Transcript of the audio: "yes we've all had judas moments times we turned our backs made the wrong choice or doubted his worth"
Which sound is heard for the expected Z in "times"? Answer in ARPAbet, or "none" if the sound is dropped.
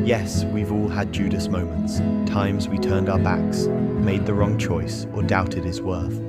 Z